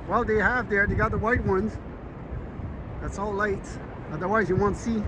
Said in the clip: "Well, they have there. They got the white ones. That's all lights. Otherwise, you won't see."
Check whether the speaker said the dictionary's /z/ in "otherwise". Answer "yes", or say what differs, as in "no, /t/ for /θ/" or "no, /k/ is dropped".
yes